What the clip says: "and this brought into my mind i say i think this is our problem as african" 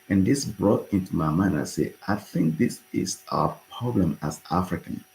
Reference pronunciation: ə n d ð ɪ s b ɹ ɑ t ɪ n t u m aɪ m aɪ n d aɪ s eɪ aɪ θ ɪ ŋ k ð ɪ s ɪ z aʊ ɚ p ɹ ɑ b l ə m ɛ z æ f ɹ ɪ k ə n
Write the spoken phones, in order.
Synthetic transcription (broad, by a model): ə n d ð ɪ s b ɹ ɑ t ɪ n t u m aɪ m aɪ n aɪ s eɪ aɪ θ ɪ ŋ k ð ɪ s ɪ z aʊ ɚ p ɹ ɑ b l ə m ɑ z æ f ɹ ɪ k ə n